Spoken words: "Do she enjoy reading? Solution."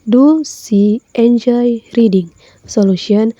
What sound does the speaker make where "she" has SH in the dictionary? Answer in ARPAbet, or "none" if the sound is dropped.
S